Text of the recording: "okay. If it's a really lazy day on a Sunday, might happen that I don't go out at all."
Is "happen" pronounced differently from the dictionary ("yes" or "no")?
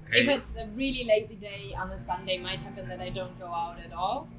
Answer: no